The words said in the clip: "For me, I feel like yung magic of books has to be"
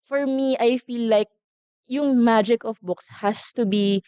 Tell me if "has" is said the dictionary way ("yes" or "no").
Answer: no